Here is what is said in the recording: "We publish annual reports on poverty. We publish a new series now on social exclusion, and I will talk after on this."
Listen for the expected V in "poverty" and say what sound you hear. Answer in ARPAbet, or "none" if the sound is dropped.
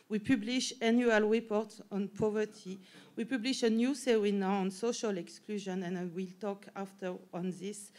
V